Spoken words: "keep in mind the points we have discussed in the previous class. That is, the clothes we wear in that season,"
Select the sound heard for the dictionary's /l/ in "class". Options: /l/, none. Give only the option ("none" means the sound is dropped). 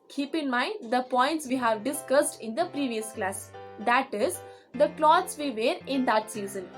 /l/